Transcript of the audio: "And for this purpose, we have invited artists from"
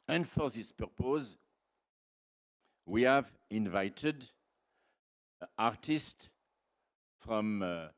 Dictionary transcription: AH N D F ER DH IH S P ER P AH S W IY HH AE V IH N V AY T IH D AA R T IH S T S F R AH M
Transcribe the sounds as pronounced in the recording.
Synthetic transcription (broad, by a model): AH N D F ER DH IH S P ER P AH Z W IY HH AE V IH N V AY T IH D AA R T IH S T F R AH M